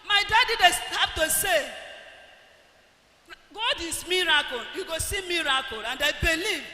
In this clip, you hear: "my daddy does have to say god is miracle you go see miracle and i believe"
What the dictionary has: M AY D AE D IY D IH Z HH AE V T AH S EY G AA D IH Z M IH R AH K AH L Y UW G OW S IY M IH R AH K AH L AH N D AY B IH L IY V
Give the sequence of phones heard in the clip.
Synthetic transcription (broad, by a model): M AY D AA D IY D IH S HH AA P T AH S EY G AA D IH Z M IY R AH K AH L Y UW G OW S IY M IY R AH K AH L AH N D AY B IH L IY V